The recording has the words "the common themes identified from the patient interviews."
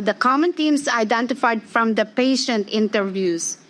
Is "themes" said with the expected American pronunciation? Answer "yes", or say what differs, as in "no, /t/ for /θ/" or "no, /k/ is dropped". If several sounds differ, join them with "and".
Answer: no, /t/ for /θ/